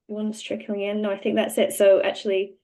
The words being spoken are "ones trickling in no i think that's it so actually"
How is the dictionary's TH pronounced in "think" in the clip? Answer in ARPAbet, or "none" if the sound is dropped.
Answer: TH